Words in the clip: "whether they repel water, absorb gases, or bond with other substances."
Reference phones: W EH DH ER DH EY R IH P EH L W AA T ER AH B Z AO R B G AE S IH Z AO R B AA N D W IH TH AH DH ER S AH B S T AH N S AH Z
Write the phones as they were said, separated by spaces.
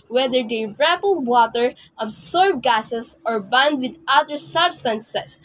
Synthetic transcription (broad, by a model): W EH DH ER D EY R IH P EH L W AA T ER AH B S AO R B G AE S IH S AO R B AA N D W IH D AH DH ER S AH B S T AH N S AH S